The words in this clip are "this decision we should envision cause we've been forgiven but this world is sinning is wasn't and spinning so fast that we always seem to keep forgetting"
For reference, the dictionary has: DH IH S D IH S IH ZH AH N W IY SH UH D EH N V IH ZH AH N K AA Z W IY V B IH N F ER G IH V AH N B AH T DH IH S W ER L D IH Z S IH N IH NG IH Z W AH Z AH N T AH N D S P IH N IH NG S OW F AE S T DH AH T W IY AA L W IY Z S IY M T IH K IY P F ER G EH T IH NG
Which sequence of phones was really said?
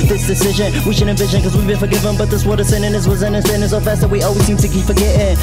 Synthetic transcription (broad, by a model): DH IH S D IH S IH ZH AH N W IY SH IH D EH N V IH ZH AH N K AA Z W IY B IH N F ER G IH V AH N B AH T DH IH S W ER D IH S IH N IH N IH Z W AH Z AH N AH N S IH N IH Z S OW F AE S T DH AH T W IY AA L W IY Z S IY M T IH K IY P F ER G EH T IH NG